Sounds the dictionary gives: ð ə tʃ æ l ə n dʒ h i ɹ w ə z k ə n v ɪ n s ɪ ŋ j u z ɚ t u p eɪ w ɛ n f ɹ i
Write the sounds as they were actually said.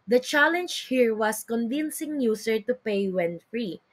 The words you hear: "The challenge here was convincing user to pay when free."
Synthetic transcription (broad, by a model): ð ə tʃ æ l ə n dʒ h i ɹ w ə s k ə n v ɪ n s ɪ ŋ j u s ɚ t u p eɪ w ɛ n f ɹ i